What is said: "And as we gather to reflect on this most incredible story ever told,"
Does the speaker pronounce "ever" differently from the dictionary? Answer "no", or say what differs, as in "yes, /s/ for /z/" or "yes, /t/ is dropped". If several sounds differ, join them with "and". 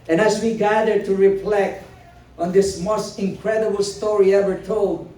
yes, /w/ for /v/